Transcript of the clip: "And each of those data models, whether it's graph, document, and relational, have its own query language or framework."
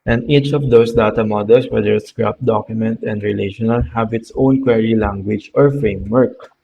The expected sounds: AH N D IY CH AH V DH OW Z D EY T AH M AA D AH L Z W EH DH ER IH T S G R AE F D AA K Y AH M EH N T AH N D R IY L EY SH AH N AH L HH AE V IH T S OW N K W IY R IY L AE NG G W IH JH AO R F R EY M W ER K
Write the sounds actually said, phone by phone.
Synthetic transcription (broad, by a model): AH N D IY CH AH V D OW S D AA T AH M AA D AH L S W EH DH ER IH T S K R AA P D AA K Y AH M EH N T AH N D R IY L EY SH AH N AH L HH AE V IH T S OW N K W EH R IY L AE NG G W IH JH AO R F R EY M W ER K